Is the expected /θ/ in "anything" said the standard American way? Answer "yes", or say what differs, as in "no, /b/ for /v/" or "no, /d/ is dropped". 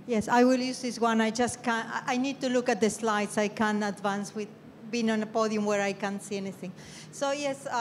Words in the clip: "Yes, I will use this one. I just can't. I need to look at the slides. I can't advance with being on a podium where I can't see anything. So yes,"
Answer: yes